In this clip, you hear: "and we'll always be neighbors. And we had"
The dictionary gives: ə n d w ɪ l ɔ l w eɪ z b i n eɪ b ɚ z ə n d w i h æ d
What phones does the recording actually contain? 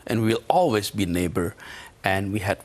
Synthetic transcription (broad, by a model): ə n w w ɪ l ɔ l w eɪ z b i n eɪ b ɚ ə n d w i h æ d